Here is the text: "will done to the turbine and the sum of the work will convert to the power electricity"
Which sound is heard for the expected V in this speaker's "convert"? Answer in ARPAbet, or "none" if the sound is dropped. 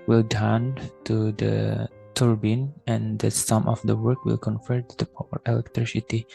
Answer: F